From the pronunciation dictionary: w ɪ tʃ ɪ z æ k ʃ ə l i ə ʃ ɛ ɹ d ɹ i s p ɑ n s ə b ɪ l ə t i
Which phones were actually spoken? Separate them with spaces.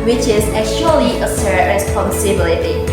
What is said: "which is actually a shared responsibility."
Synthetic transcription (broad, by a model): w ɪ tʃ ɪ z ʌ ʃ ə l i ə s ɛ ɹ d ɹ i s p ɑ n s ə b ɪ l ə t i